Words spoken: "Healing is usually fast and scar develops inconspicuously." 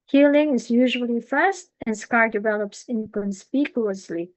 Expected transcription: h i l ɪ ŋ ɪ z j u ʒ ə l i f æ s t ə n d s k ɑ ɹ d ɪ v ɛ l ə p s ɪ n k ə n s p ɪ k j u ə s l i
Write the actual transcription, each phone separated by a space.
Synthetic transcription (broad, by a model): h i l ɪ ŋ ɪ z j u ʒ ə l i f æ s t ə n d s k ɑ ɹ d ɪ v ɛ l ə p s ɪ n k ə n s p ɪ k j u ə s l i